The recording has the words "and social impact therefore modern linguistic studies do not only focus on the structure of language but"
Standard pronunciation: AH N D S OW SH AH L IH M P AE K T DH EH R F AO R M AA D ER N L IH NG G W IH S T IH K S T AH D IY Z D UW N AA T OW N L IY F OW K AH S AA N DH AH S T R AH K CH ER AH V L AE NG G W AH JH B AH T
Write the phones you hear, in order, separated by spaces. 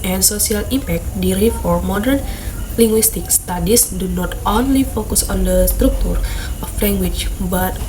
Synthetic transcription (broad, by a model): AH N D S OW S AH L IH M P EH K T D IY R F AO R M AA D ER N L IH NG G W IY S T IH K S T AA D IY S D UW N AA T OW N L IY F OW K AH S AA N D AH S T R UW K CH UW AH F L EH NG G W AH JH B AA T